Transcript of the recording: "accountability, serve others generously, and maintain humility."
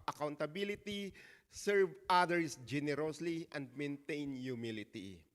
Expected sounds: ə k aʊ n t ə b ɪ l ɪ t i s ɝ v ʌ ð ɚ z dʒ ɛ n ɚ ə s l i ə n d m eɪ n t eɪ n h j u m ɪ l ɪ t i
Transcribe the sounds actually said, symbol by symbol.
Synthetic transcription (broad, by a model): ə k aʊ n t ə b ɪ l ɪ t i s ɝ v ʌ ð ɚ s dʒ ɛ n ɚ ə s l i ə n d m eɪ n t eɪ n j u m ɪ l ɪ t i